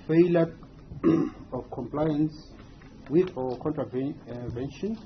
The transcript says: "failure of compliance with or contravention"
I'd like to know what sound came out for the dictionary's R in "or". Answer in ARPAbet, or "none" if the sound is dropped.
W